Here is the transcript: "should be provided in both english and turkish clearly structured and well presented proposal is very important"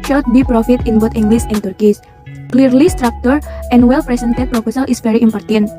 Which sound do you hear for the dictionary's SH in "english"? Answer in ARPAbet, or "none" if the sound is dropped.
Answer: S